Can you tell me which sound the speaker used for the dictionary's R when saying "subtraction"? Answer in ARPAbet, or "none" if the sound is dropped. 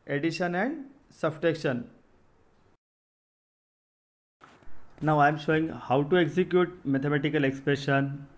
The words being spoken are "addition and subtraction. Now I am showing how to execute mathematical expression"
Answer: none